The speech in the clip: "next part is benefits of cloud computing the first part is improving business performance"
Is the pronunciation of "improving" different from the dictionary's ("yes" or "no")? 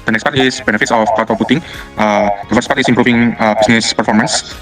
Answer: yes